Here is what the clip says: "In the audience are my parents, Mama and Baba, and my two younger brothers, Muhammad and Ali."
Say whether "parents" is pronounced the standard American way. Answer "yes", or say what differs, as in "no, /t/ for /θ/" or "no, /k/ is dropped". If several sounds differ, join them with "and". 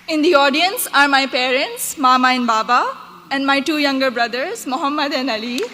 yes